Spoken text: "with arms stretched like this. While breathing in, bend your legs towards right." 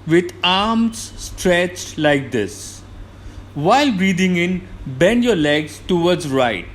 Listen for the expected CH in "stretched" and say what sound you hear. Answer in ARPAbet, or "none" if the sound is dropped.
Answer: CH